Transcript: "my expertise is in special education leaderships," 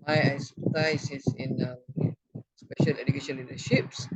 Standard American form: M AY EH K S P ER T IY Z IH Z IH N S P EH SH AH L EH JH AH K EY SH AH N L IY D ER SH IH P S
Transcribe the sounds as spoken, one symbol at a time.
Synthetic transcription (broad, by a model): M AY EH S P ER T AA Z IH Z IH N S P EH SH AH L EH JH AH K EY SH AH N L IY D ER SH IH P S